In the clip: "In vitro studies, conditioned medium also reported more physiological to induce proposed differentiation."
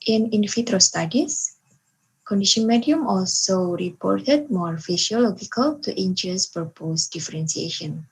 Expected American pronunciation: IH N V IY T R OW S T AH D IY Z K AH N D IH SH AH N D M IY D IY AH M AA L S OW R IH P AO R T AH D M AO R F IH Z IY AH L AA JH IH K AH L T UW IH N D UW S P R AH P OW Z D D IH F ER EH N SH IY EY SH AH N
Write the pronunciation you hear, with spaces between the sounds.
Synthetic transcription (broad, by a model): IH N F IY T R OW S T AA D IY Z K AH N D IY SH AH N M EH D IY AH M AA L S OW R IH P AO R T AH D M AO R F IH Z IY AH L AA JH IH K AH L T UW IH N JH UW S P AH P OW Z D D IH F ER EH N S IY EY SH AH N